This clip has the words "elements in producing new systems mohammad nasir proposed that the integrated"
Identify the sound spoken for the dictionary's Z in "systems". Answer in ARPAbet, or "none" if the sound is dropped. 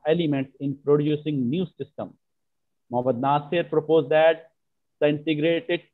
none